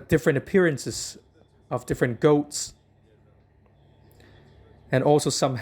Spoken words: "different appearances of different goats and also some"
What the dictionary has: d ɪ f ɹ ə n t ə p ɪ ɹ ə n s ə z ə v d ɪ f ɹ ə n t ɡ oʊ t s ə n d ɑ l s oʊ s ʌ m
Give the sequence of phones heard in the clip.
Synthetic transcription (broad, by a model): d ɪ f ɹ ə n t ə p ɪ ɹ ə n s ə z ə v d ɪ f ɹ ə n ɡ oʊ t s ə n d ɑ l s oʊ s ʌ m